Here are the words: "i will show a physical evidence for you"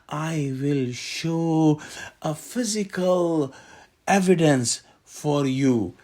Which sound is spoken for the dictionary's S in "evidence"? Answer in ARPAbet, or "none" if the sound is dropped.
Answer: S